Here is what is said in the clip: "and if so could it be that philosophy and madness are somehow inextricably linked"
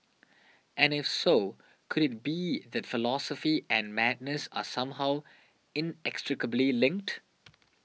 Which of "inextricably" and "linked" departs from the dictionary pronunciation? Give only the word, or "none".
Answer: none